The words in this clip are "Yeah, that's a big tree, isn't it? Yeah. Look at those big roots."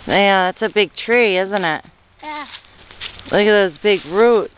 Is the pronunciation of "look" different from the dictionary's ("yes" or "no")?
yes